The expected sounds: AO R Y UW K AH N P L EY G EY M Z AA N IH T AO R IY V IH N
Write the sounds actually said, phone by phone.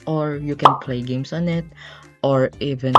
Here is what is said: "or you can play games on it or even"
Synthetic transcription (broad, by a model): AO R Y UW K AH N P L EY G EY M S AA N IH T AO R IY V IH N